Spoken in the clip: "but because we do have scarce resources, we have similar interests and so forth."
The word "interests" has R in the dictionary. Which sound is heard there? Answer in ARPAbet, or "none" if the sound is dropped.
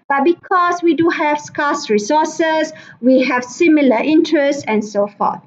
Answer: R